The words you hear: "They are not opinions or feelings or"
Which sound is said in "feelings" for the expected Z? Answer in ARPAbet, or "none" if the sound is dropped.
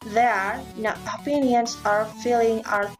none